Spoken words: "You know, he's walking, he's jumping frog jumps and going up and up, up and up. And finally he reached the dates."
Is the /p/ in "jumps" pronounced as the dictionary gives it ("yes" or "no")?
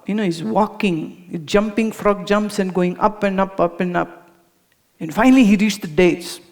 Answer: yes